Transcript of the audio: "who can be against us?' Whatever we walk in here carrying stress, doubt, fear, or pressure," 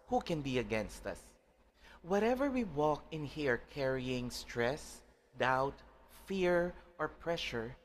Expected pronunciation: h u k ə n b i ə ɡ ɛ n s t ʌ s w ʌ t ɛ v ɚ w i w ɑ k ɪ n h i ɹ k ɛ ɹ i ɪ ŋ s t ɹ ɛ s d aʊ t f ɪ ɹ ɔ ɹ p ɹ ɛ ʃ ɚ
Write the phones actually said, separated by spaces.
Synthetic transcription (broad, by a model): h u k ə n b i ə ɡ ɛ n s t ʌ s w ʌ t ɛ v ɚ w i w ɑ k ɪ n h i ɹ k ɛ ɹ i ɪ ŋ s t ɹ ɛ s d aʊ t f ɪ ɹ ɔ ɹ p ɹ ɛ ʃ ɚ